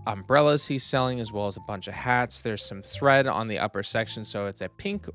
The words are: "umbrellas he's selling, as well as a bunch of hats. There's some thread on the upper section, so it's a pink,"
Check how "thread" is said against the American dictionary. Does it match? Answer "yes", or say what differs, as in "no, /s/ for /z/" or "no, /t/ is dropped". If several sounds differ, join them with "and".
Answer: yes